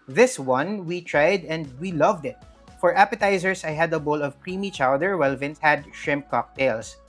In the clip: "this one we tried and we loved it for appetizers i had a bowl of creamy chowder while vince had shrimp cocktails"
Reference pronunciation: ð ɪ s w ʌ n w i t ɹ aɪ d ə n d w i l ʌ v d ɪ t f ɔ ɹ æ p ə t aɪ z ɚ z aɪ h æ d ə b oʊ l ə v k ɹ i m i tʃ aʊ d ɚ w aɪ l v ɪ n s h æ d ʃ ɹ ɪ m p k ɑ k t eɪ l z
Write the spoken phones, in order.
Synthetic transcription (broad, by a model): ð ɪ s w ʌ n w i t ɹ aɪ d ə n d w i l ʌ v d ɪ t f ɔ ɹ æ p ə t aɪ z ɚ s aɪ h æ d ə b oʊ l ə v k ɹ i m i tʃ aʊ d ɚ w aɪ l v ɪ n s h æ d ʃ ɹ ɪ m p k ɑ k t eɪ l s